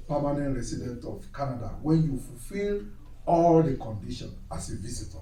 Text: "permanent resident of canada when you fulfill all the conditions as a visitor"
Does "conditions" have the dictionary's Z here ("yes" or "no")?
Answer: no